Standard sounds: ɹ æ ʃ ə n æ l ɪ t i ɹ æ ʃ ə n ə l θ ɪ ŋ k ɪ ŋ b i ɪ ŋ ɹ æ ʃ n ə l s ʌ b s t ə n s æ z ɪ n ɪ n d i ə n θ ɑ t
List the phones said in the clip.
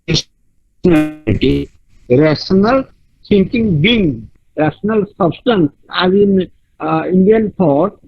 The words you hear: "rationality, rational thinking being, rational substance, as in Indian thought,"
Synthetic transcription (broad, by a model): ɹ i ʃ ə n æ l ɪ t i ɹ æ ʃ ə n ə l s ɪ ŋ k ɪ ŋ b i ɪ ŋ ɹ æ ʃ n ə l s ʌ b s t ə n s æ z ɪ n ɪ n d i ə n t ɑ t